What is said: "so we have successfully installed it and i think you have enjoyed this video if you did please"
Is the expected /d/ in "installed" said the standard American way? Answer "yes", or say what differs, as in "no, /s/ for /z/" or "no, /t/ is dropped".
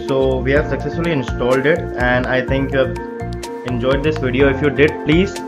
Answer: yes